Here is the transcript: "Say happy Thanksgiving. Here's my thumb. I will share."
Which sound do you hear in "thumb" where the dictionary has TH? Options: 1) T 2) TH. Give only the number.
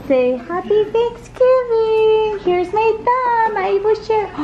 1